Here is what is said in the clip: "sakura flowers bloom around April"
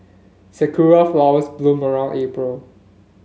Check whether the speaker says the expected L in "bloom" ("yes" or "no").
yes